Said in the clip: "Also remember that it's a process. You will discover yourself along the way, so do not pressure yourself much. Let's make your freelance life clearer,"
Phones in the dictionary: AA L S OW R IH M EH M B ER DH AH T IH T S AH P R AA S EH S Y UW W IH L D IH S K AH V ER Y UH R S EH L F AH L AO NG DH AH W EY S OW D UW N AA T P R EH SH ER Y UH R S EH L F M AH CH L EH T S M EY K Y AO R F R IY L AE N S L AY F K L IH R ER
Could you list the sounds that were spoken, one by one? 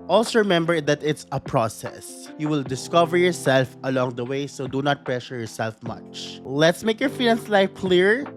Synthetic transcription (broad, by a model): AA L S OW R IH M EH M B ER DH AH T IH T S AH P R AA S EH S Y UW W IH L D IH S K AH V ER Y UH R S EH L F AH L AO NG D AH W EY S OW D UW N AA T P R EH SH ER Y UH R S EH L F M AH CH L EH T S M EY K Y AO R F IY N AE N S L AY F K L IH R